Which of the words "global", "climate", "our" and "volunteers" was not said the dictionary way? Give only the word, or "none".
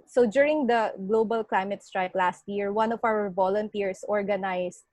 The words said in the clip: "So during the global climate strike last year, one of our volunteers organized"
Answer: volunteers